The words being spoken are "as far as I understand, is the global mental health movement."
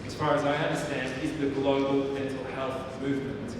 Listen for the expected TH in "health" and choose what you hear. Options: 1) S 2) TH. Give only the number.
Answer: 2